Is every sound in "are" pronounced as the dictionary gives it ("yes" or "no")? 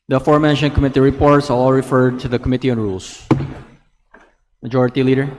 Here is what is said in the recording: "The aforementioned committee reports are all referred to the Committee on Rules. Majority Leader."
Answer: no